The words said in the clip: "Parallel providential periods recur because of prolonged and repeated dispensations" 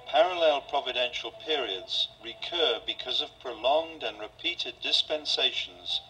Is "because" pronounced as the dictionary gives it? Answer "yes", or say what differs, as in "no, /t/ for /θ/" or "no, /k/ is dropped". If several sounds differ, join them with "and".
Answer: yes